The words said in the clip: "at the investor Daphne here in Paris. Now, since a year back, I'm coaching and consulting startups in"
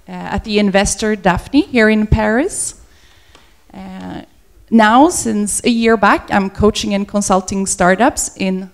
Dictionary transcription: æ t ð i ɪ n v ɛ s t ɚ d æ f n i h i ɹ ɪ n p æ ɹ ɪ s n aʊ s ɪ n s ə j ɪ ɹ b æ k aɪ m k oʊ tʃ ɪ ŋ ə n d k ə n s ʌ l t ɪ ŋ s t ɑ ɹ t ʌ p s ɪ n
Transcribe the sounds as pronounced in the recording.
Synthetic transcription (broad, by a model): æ t ð i ɪ n v ɛ s t ɚ d æ f n i h i ɹ ɪ n p æ ɹ ɪ s n aʊ s ɪ n s ə j ɪ ɹ b æ k aɪ m k oʊ tʃ ɪ ŋ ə n k ə n s ʌ l t ɪ ŋ s t ɑ ɹ t ʌ p s ɪ n